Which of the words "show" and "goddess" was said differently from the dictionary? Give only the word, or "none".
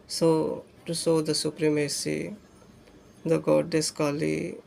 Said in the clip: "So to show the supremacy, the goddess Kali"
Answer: show